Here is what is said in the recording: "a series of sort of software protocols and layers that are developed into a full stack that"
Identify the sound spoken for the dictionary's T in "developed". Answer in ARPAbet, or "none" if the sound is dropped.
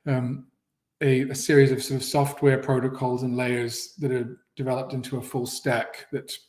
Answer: T